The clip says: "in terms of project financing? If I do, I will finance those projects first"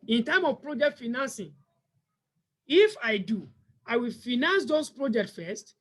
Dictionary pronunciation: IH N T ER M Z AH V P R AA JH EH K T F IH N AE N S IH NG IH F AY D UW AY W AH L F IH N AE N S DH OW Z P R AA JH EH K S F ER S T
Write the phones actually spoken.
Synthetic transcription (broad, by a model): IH N T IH M AH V P R AA JH EH K T F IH N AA N S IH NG IH F AY D UW AY W AH L F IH N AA N S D OW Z P R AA JH EH K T F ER S T